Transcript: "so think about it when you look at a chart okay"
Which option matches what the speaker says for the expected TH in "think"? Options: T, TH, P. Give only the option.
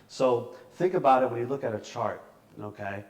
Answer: TH